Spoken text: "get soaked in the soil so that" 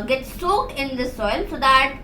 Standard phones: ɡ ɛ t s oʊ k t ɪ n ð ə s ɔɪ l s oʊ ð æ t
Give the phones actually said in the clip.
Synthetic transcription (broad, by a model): ɡ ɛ t s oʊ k ɪ n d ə s ɔɪ l s oʊ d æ t